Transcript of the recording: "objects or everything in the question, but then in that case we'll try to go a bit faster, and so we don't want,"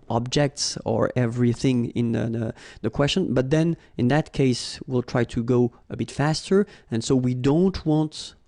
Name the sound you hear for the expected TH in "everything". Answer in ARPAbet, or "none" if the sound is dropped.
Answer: TH